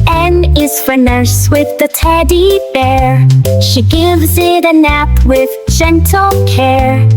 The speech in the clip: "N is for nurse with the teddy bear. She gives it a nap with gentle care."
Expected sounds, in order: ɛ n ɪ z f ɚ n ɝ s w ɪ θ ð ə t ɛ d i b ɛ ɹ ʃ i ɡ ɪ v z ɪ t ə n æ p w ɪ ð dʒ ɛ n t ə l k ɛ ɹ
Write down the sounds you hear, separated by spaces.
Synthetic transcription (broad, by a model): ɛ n ɪ z f ɚ n ɝ s w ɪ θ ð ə t ɛ d i b ɛ ɹ ʃ i ɡ ɪ v z ɪ t ə n æ p w ɪ ð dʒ ɛ n t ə l k ɛ ɹ